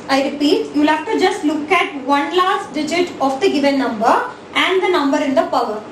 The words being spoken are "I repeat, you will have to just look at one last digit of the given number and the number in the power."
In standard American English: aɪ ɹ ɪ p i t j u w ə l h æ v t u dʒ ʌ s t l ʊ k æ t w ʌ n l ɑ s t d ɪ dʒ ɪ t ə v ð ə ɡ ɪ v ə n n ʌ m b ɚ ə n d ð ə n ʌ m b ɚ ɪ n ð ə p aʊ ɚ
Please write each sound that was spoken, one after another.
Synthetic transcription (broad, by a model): aɪ ɹ ɪ p i t j u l h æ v t u dʒ ʌ s t l ʊ k æ t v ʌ n l ɑ s t d ɪ dʒ ɪ t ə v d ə ɡ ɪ v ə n n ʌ m b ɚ ə n d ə n ʌ m b ɚ ɪ n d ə p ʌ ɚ